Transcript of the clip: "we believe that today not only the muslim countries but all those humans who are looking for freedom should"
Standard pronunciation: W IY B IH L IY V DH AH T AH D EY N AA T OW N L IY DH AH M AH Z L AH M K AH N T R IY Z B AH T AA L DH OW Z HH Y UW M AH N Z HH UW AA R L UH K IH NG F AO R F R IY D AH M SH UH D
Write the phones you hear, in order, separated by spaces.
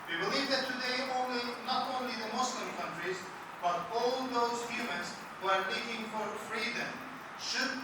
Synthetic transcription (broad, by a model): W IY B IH L IY V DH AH T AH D EY N AA T OW N L IY DH AH M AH S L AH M K AH N T R IY Z B AH T AA L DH OW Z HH Y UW M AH N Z HH UW AA R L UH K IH NG F AO R F R IY D AH M SH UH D